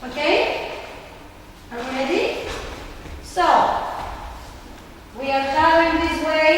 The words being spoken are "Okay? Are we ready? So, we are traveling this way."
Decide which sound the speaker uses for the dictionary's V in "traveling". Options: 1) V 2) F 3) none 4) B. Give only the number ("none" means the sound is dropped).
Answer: 3